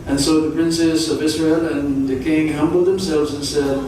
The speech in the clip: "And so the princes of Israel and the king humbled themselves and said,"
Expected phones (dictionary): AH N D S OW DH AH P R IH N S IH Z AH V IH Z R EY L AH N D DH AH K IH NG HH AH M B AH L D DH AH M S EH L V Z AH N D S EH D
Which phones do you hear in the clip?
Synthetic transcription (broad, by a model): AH N S OW DH AH P R IH N S IH Z AH V IH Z R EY L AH N DH AH K IH NG HH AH M B L D DH AH M S EH L V Z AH N S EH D